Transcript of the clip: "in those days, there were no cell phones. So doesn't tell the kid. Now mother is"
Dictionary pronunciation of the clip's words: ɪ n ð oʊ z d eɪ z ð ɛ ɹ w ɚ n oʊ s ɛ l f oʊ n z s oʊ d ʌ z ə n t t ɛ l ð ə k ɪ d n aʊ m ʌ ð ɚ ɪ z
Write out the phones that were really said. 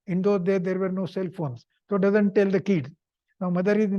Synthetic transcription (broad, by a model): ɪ n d oʊ d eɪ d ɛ ɹ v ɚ n oʊ s ɛ l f oʊ n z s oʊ d ʌ z ə n t t ɛ l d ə k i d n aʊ m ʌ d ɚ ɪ